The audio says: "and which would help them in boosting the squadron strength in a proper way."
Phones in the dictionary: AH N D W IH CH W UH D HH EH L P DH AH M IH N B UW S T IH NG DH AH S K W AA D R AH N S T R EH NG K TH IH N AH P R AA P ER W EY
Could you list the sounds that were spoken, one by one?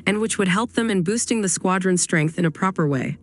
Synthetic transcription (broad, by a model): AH N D W IH CH W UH D HH EH L P DH AH M IH N B UW S T IH NG DH AH S K W AA D R AH N S T R EH NG K TH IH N AH P R AA P ER W EY